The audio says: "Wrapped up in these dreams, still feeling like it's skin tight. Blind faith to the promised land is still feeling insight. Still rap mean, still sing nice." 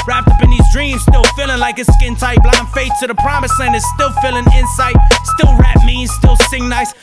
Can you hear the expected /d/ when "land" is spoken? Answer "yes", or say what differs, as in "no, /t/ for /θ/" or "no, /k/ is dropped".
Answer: no, /d/ is dropped